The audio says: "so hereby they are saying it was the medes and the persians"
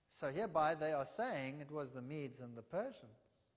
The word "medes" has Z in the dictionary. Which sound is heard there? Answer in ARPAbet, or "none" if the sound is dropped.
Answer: Z